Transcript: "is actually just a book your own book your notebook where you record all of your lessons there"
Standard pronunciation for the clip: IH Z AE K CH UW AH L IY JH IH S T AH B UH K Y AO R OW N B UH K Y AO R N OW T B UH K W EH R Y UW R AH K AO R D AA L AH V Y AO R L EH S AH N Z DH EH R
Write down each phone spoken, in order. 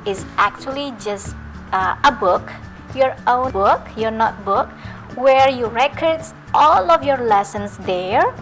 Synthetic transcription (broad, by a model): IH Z AE K CH UW AH L IY JH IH S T AH B UH K Y AO R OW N B UH K Y AO R N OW T B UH K W EH R Y UW R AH K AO R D AA L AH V Y AO R L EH S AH N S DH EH R